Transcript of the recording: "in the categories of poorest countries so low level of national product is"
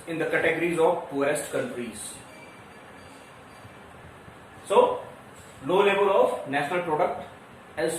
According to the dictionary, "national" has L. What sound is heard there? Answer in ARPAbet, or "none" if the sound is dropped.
L